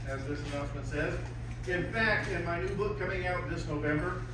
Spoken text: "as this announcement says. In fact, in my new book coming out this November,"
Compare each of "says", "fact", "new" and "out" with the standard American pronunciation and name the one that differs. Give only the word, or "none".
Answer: none